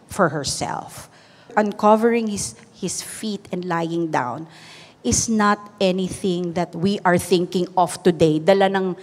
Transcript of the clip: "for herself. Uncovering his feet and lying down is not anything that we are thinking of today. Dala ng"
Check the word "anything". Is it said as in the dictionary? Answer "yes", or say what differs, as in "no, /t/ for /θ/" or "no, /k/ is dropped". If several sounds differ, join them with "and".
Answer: yes